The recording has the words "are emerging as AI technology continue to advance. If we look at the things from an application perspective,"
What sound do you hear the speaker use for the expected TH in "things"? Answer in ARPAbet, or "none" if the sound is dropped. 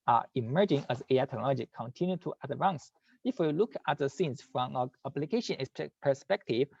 S